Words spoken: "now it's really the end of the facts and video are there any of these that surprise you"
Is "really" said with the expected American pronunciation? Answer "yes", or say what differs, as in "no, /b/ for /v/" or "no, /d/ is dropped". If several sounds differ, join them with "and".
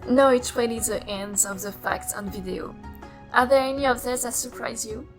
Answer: no, /w/ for /ɹ/